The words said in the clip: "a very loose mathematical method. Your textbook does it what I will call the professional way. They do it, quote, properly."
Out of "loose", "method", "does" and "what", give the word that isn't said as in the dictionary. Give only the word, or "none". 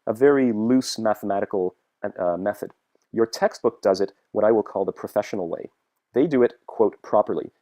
none